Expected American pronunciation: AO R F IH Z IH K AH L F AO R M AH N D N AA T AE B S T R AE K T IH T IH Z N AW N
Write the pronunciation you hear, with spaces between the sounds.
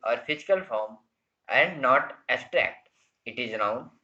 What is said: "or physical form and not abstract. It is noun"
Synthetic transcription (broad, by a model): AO R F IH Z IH K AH L F AO R M AH N D N AA T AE S T R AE K T IH T IH Z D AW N